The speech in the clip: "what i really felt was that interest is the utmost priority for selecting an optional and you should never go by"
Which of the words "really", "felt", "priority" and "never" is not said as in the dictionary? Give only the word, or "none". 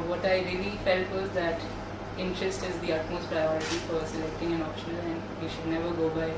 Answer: none